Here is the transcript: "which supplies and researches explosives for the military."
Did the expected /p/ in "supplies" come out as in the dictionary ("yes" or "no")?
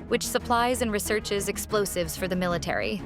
yes